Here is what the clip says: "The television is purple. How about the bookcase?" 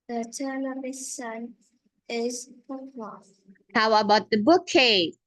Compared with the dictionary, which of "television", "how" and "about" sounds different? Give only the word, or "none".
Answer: television